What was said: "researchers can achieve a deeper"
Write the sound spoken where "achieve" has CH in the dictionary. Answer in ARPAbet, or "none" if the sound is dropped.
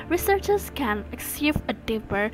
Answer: S